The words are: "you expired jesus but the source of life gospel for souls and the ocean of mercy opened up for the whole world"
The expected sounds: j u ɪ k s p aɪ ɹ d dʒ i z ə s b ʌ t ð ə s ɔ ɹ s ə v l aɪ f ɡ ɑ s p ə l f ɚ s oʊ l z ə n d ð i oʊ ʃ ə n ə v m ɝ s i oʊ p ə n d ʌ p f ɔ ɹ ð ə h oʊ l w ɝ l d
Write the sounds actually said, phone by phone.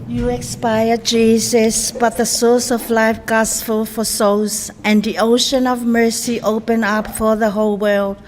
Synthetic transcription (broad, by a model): j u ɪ k s p aɪ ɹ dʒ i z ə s b ʌ t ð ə s ɔ ɹ s ə v l aɪ f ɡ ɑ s f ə l f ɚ s oʊ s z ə n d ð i oʊ ʃ ə n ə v m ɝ s i oʊ p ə n ʌ p f ɔ ɹ ð ə h oʊ l w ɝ l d